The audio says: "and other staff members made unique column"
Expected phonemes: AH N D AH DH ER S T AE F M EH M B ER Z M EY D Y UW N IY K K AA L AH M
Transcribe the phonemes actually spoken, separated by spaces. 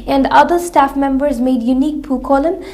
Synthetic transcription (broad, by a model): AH N D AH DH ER S T AE F M EH M B ER Z M EY D Y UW N IY K K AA L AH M